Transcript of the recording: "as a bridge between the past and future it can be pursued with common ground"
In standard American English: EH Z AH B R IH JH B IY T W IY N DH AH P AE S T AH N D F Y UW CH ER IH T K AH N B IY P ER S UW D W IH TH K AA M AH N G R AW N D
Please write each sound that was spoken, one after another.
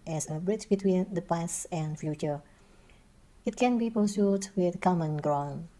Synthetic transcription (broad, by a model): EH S AH B R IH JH B IY T W IY N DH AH P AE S AH N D F Y UW CH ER IH T K AH N B IY P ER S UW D W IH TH K AA M AH N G R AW N